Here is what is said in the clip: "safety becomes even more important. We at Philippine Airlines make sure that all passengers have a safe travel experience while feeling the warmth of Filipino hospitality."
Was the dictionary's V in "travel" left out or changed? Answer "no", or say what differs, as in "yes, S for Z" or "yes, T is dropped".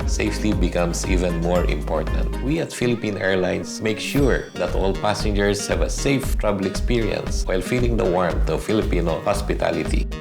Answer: yes, B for V